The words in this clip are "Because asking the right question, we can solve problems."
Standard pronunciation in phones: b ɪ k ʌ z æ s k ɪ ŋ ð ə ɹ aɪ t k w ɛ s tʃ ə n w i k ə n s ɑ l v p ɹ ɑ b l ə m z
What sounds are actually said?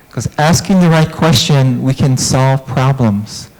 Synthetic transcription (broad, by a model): k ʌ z æ s k ɪ ŋ ð ə ɹ aɪ t k w ɛ s tʃ ə n w i k ə n s ɑ l v p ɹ ɑ b l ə m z